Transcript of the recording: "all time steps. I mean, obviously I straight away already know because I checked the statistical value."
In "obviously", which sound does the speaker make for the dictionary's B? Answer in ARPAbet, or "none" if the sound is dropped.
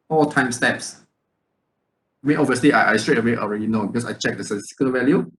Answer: none